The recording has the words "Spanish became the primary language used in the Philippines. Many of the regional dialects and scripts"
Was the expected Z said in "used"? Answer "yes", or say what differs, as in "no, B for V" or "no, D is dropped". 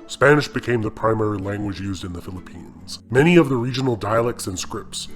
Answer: yes